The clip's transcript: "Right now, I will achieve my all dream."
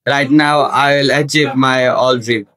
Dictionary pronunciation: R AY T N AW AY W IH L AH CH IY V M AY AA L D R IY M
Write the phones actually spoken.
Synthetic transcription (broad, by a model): R AY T N AW AY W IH L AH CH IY P M AY AA L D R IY